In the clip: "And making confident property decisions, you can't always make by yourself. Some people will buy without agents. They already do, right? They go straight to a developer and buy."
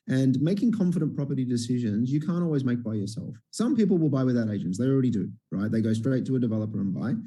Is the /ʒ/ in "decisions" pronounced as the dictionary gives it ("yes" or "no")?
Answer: yes